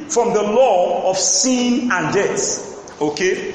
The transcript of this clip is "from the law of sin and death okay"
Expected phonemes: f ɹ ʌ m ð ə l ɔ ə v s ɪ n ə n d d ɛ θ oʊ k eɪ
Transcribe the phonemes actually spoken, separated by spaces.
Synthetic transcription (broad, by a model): f ɹ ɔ m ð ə l ɔ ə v s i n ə n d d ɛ s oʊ k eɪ